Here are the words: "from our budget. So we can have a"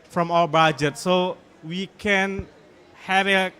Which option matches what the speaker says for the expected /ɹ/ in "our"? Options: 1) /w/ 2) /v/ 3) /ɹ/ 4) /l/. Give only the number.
4